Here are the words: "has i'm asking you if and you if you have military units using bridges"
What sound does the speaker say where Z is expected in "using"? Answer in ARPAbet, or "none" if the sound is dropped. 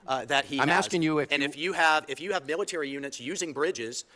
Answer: Z